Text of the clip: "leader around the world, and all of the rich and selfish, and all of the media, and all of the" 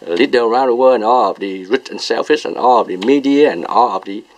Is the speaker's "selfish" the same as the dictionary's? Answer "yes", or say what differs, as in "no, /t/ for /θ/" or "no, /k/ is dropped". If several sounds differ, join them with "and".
no, /s/ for /ʃ/